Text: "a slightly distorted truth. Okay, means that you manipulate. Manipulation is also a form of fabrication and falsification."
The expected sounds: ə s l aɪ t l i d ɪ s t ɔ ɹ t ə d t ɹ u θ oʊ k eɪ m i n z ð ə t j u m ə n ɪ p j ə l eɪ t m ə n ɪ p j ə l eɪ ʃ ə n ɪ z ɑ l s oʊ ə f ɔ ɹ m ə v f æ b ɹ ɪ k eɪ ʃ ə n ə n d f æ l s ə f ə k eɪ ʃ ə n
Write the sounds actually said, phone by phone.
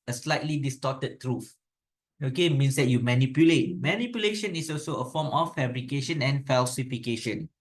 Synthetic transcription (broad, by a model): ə s l aɪ t l i d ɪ s t ɔ t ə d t ɹ u f oʊ k eɪ m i n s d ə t j u m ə n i p j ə l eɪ t m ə n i p j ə l eɪ ʃ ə n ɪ s ɑ l s oʊ ə f ɔ m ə f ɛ b ɹ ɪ k eɪ ʃ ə n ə n f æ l s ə f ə k eɪ ʃ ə n